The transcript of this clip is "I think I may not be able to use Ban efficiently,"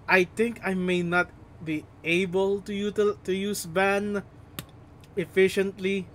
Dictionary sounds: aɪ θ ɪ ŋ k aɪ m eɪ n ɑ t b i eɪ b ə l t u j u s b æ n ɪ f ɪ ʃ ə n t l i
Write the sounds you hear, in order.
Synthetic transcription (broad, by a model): aɪ t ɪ ŋ k aɪ m eɪ n ɑ t b i eɪ b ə l t u j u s b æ n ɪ f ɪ ʃ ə n t l i